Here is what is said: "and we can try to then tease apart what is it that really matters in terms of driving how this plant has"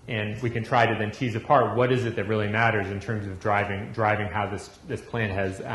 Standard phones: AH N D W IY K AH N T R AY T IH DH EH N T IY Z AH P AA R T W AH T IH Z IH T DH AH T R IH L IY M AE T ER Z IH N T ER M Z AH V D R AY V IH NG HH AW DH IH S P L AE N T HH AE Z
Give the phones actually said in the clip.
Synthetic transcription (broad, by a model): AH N W IY K AH N T R AY T IH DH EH N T IY Z AH P AA R T W AH T IH Z IH T DH AH T R IH L IY M AE T ER Z IH N T ER M Z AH V D R AY V IH NG HH AW DH IH S P L AE N T HH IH Z